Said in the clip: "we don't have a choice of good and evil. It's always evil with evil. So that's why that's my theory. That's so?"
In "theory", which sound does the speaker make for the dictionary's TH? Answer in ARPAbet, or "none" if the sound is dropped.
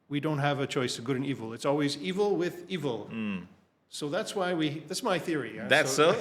TH